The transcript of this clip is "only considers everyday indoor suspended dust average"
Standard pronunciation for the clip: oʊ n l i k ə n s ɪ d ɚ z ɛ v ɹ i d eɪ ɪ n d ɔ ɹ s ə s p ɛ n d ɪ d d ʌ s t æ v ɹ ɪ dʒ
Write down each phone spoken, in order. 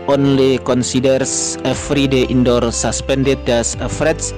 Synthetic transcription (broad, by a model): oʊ n l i k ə n s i d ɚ s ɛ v ɹ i d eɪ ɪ n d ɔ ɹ s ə s p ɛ n d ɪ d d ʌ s ʌ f ɹ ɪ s